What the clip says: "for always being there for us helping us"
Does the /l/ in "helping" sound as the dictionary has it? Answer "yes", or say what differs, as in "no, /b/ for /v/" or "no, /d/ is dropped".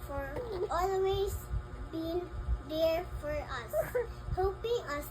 no, /l/ is dropped